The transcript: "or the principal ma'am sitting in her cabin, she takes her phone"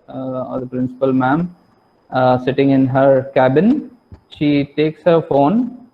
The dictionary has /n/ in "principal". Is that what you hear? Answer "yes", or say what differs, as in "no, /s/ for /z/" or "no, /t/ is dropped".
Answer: yes